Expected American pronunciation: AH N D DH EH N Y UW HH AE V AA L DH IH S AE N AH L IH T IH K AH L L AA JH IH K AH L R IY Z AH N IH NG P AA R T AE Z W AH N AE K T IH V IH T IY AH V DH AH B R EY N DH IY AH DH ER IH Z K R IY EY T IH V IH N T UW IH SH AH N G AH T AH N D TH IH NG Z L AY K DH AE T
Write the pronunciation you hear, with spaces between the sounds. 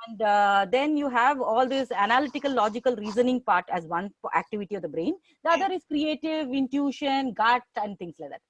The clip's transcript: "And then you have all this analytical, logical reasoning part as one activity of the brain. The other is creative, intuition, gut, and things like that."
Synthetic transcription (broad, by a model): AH N D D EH N Y UW HH AE V AA L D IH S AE N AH L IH T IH K AH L L AA JH IH K AH L R IY Z AH N IH NG P AA R T AE Z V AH N AE K T IH V IH T IY AH V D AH B R EY N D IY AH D ER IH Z K R IY EY T IH V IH N T UW SH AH N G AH T AH N D T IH NG S L AY K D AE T